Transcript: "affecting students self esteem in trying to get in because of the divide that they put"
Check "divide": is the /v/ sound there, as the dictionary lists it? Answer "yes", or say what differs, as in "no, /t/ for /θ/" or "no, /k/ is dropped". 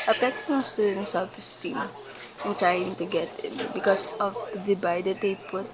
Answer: no, /b/ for /v/